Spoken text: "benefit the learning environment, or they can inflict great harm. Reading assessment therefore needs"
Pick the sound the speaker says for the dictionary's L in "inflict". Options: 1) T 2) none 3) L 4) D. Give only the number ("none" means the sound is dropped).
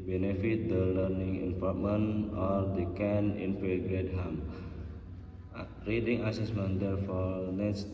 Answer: 2